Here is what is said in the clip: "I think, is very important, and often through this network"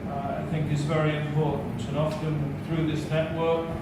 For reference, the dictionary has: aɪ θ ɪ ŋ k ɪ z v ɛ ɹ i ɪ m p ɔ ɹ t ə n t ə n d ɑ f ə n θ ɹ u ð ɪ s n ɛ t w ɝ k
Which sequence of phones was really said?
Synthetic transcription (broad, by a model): aɪ θ ɪ ŋ k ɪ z v ɛ ɹ i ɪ m p ɔ ɹ t n t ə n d ɑ f ə n θ ɹ u ð ɪ s n ɛ t w ɝ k